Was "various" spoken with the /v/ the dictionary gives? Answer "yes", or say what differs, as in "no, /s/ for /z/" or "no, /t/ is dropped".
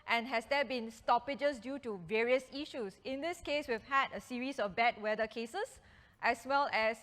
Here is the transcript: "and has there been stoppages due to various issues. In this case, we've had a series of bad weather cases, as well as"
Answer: yes